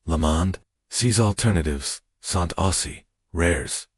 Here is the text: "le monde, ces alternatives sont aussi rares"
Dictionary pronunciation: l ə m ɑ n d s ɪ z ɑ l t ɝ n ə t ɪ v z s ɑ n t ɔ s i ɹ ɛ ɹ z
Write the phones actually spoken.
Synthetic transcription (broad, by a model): l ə m ɑ n d s ɪ z ɑ l t ɝ n ə t ɪ v z s ɑ n t ɔ s i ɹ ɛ ɹ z